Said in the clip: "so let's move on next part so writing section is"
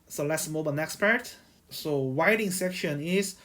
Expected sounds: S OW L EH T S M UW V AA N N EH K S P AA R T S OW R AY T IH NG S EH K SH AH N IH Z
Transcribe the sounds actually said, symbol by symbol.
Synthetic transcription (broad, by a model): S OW L EH T S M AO B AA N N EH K S P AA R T S OW W AY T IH NG S EH K SH AH N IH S